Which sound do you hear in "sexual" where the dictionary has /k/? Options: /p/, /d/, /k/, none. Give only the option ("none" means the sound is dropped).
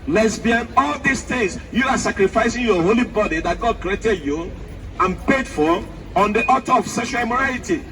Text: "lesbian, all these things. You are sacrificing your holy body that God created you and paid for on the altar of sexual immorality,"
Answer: none